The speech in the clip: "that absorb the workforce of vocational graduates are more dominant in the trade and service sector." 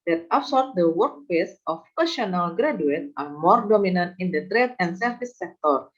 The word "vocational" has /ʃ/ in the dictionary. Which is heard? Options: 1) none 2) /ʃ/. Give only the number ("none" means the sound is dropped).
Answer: 1